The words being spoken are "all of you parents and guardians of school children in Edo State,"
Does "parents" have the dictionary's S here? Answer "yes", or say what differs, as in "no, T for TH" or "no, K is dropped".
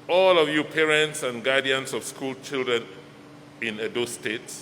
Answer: yes